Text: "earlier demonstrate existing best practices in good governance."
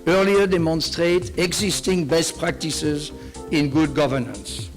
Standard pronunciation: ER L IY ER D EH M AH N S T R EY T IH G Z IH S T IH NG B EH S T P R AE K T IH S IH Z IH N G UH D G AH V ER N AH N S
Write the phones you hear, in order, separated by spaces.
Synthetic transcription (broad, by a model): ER L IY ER D EH M AH N S T R EY T IH G Z IH S T IH NG B EH S T P R AE K T IH S IH Z IH N G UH D G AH V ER N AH N S